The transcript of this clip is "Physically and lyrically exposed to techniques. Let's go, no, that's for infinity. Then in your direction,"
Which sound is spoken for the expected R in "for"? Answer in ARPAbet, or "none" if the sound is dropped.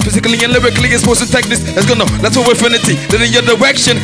W